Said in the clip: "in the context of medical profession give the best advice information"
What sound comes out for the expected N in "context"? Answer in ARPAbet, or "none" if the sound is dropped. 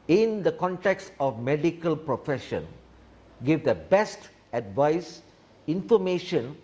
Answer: N